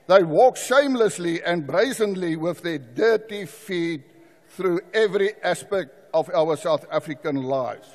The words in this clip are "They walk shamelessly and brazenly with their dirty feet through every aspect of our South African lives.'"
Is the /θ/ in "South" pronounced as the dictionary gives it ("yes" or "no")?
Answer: yes